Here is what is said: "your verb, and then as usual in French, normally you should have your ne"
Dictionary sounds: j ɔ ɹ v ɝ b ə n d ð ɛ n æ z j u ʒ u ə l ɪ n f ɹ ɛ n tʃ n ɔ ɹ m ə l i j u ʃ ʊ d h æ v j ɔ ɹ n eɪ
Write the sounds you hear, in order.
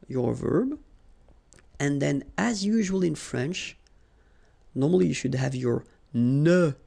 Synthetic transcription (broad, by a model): j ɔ ɹ v ɝ b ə n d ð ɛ n æ z j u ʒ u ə l ɪ n f ɹ ɛ n tʃ n ɔ ɹ m ə l i j u ʃ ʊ d h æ v j ɔ ɹ n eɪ